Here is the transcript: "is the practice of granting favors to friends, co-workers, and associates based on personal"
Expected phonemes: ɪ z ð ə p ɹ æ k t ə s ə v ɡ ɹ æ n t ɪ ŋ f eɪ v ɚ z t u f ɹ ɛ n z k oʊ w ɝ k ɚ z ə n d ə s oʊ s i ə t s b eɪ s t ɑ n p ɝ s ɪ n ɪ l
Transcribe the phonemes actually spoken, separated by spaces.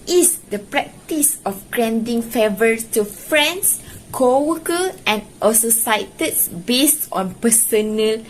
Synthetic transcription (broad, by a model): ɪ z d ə p ɹ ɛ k t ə s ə f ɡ ɹ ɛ n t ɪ ŋ f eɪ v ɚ s t u f ɹ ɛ n s k oʊ w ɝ k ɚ ə n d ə s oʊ s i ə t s b eɪ s t ɑ n p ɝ s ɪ n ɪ l